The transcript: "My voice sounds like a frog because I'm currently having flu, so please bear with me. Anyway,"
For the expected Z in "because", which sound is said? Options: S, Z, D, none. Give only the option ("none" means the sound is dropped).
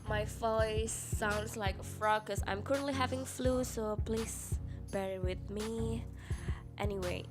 none